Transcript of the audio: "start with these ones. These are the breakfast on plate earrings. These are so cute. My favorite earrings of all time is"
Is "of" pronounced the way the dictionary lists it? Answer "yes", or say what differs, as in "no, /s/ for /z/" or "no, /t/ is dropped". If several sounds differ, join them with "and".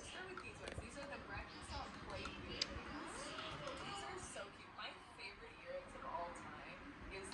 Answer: yes